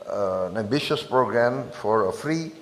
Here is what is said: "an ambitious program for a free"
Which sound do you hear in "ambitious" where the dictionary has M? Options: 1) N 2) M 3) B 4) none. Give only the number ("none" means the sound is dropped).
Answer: 4